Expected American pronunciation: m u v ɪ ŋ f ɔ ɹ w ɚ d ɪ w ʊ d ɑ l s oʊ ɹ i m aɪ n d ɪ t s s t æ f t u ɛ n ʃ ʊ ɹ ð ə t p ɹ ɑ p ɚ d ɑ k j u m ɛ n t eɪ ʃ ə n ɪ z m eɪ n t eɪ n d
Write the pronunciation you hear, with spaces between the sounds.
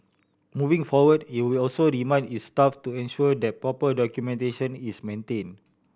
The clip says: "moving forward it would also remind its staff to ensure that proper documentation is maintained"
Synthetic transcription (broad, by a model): m u v ɪ ŋ f ɔ w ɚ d ɪ w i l ɑ l s oʊ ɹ i m aɪ n ɪ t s s t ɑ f t u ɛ n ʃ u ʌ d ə t p ɹ ɑ p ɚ d ɑ k j u m ɛ n t eɪ ʃ ə n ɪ s m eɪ n t eɪ n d